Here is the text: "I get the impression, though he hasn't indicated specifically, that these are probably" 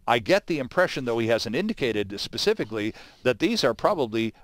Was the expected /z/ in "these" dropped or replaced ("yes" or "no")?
no